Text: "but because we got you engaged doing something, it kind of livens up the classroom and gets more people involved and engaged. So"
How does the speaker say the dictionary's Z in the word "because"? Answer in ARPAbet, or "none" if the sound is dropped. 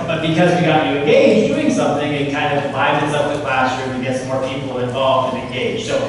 Z